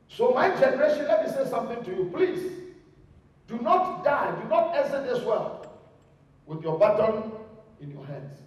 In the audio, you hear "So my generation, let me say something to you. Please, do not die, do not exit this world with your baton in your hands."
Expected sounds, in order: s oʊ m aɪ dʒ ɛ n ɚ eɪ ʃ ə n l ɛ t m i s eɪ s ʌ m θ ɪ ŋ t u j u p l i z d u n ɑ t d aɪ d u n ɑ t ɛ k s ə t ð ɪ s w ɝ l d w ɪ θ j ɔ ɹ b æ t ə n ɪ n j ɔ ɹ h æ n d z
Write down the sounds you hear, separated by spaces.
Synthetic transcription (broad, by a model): s oʊ m aɪ dʒ ɛ n ɚ eɪ ʃ ə n l ɛ t m i s eɪ s ʌ m θ ɪ ŋ t u j u p l i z d u n ɑ t d aɪ d u n ɑ t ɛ s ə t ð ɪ s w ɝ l w ɪ θ j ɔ b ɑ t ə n ɪ n j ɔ h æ n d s